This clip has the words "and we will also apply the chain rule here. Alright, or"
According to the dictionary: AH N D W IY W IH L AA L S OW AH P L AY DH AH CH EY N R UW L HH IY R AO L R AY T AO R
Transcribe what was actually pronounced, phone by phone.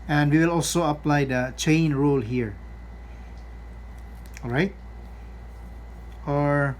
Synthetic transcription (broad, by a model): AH N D W IY W IH L AA L S OW AH P L AY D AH CH EY N R UW L HH IY R AO L R AY T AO R